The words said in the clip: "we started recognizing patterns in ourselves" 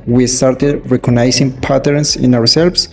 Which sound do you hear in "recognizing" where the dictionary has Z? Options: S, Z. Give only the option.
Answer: S